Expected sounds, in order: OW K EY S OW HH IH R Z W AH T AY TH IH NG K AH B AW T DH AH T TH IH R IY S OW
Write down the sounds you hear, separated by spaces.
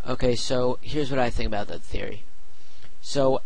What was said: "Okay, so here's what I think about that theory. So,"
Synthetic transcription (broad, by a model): OW K EY S OW HH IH R Z W AH T AY TH IH NG K AH B AW T DH AH T TH IH R IY S OW